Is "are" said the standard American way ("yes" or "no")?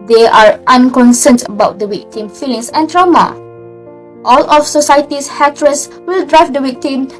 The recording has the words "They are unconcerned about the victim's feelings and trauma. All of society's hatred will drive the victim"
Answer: yes